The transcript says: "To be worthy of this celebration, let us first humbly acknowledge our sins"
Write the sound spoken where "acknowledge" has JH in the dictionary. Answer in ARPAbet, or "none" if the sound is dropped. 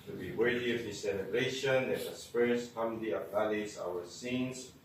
Z